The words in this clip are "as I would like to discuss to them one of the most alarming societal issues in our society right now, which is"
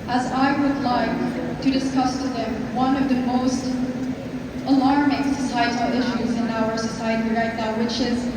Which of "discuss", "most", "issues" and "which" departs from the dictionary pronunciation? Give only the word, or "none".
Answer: none